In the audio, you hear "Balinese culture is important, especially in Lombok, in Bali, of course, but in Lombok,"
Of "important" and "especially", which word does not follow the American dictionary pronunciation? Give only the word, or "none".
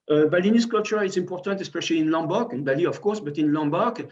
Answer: none